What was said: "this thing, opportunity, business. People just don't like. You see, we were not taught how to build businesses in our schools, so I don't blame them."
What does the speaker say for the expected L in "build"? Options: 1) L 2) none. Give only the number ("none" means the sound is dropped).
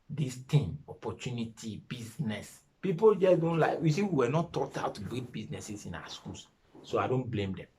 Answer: 2